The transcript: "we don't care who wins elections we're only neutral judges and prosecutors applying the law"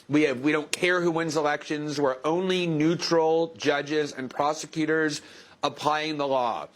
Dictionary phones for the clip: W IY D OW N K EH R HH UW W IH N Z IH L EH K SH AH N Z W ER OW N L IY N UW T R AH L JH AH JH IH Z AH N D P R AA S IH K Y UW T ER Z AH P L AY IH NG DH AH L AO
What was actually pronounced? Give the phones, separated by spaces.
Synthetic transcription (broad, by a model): W IY D OW N K EH R HH UW W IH N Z IH L EH K SH AH N Z W ER OW N L IY N UW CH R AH L JH AH JH IH Z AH N P R AA S IH K Y UW T ER Z AH P L AY IH NG DH AH L AO